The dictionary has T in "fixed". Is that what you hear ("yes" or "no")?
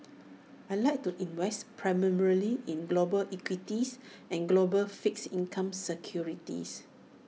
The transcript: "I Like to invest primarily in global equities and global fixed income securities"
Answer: no